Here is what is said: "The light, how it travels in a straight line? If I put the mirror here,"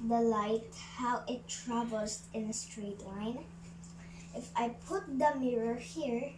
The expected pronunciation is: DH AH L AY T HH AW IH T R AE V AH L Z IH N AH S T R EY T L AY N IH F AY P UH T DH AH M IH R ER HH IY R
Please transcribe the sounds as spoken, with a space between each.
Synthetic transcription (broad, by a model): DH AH L AY T HH AW IH T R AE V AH L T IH N AH S T R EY T L AY N IH F AY P UH T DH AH M IH R ER HH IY R